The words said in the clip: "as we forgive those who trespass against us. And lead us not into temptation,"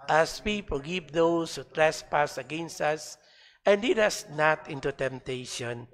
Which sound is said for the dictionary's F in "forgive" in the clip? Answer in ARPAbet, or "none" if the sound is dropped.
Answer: P